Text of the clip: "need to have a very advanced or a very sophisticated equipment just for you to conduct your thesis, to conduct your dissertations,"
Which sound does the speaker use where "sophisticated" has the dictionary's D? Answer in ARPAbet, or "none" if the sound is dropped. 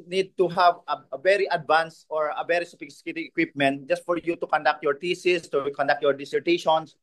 none